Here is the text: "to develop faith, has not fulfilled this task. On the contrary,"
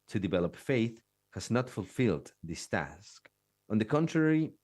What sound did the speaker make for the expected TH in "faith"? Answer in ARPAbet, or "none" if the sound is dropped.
TH